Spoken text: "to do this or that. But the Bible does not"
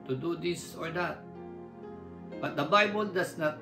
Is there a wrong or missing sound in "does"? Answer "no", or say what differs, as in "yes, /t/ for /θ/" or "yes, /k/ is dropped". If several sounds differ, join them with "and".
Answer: yes, /s/ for /z/